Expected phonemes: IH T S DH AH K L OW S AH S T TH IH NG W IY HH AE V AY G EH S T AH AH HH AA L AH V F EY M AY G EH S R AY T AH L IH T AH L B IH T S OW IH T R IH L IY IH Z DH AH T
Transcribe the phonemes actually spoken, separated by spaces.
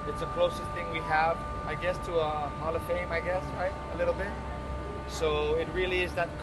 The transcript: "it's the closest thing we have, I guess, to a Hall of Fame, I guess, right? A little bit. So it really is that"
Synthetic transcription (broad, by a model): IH T S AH K L OW S AH S T TH IH NG W IY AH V AY G EH S T AH AH HH AA L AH F EY M AY G EH S R AY T AH L IH T L B IH T S OW IH T R IH L IY IH Z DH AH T